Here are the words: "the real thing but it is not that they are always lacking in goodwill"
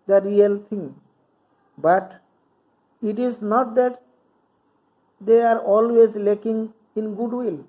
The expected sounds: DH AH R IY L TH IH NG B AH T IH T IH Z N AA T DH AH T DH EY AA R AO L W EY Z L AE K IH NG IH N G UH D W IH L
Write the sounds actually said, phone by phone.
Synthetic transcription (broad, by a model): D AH R IY L T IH NG B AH T IH T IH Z N AA T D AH T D EY AA R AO L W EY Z L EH K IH NG IH N G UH D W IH L